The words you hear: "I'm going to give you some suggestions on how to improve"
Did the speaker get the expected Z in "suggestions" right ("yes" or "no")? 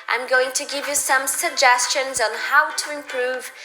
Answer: yes